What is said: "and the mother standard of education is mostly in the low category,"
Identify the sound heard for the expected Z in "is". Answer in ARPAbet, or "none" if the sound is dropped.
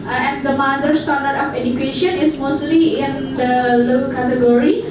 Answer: S